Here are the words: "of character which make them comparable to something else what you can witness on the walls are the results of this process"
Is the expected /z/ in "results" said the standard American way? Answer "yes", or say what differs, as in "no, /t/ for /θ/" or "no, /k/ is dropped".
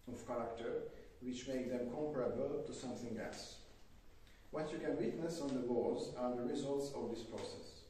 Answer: yes